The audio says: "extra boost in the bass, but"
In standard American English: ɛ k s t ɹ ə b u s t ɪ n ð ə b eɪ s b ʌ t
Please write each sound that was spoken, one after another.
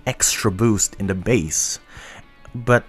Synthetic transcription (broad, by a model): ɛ k s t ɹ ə b u s t ɪ n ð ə b eɪ s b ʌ t